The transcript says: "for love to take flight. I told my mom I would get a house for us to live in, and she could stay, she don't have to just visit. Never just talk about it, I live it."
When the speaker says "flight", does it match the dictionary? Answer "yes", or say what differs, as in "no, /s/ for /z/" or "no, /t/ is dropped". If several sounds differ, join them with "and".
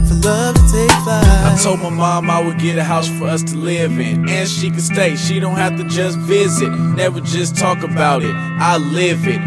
no, /t/ is dropped